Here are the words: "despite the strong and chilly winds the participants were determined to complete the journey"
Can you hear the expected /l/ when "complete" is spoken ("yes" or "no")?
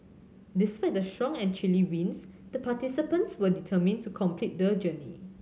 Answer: yes